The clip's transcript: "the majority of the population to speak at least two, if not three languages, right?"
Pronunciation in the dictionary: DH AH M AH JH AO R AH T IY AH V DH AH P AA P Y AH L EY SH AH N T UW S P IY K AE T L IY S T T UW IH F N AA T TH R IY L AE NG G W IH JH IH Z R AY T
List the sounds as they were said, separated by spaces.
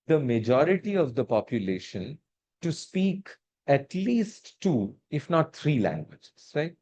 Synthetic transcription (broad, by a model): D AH M AH JH AO R AH T IY AH V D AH P AA P Y AH L EY SH AH N T UW S P IY K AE T L IY S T T UW IH F N AA T T R IY L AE NG G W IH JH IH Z R AY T